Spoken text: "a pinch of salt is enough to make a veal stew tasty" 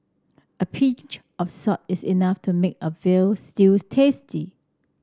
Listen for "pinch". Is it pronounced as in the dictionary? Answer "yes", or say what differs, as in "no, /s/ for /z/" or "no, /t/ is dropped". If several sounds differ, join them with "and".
no, /n/ is dropped